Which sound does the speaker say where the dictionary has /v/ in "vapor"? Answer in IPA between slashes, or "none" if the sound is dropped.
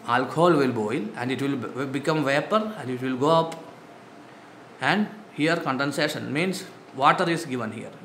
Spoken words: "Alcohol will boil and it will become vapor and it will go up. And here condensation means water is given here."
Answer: /v/